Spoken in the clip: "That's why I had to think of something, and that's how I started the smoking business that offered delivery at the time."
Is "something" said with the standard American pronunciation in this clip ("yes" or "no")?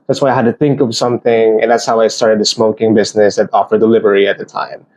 yes